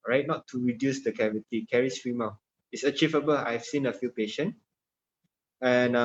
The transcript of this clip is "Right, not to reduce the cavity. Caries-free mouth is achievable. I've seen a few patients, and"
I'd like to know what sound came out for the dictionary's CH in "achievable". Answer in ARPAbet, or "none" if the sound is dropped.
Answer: CH